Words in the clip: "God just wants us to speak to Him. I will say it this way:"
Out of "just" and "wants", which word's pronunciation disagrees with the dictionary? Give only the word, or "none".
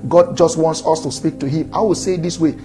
none